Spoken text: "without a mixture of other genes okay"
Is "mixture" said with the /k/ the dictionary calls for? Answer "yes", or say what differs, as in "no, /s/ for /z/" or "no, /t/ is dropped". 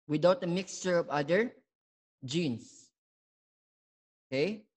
yes